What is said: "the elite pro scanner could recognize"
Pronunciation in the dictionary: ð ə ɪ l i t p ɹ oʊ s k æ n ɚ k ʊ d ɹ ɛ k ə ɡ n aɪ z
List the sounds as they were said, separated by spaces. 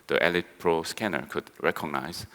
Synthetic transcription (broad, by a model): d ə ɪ l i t p ɹ oʊ s k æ n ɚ k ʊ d ɹ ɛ k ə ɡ n aɪ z